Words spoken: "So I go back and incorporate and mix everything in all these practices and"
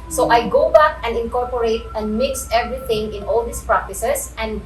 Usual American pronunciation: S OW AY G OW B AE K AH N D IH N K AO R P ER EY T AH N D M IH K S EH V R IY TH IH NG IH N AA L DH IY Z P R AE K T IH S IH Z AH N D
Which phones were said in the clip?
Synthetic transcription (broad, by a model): S OW AY G OW B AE K AH N D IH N K AO R P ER EY T AH N D M IH K S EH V R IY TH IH NG IH N AA L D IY S P R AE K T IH S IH S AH N D